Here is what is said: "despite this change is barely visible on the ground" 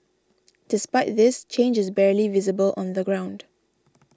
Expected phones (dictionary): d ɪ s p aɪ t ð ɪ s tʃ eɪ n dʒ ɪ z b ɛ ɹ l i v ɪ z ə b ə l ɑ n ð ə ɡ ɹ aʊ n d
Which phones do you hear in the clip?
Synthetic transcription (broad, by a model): d ɪ s p aɪ t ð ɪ s tʃ eɪ n dʒ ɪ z b ɛ ɹ l i v ɪ z ə b ə l ɑ n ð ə ɡ ɹ aʊ n d